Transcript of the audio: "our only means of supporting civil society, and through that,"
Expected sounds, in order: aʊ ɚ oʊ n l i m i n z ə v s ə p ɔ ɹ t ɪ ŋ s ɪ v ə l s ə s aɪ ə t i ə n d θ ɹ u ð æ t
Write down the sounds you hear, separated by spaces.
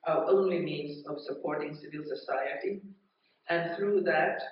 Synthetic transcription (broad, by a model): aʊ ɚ oʊ n l i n i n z ə v s ə p ɔ ɹ t ɪ ŋ s ɪ v ə l s ə s aɪ ə t i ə n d θ ɹ u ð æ t